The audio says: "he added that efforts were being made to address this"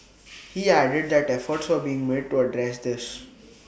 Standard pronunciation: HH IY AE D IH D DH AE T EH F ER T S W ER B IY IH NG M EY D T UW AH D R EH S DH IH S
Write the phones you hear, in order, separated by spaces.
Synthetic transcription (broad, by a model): HH IY AE D IH D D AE T EH F ER T S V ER B IY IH NG M EY D T UW AH D R EH S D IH S